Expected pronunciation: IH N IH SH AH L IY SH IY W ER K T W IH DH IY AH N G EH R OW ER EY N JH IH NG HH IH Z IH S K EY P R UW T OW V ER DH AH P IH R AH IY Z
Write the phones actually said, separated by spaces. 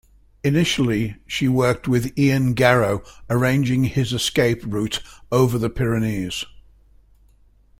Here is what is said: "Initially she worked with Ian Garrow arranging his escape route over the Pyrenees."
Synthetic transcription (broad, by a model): IH N IH SH AH L IY SH IY W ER K T W IH DH IY AH N G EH R OW ER EY N JH IH NG IH Z IH S K EY P R UW T OW V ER DH AH P IH R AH IY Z